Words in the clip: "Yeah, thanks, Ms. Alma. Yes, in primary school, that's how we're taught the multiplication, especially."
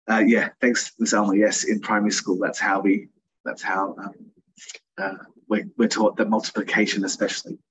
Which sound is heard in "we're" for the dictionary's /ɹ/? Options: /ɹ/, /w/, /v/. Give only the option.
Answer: /w/